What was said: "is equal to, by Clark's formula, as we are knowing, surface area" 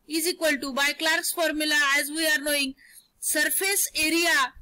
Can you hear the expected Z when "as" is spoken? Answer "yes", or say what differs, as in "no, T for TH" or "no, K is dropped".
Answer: yes